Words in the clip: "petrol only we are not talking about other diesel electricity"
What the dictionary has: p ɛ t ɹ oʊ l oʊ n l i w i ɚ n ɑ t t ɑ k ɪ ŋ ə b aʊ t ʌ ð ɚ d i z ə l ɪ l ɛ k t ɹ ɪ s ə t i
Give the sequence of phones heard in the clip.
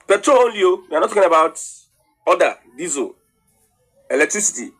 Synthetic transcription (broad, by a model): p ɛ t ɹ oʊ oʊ l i w i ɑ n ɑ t t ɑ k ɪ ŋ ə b aʊ t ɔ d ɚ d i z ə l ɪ l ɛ k t ɹ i s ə t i